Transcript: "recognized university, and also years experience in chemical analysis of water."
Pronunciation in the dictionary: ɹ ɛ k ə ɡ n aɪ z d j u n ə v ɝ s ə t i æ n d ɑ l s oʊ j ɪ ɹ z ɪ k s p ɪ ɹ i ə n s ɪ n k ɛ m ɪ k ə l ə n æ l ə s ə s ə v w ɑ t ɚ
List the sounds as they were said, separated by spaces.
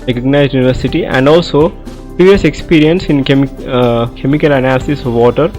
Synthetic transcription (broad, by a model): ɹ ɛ k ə ɡ n aɪ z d j u n ə v ɝ s ə t i æ n d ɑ l s oʊ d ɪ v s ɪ k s p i ɹ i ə n s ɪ n k ɛ m ɪ k ə l ə n æ l ə s ə s ə v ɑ t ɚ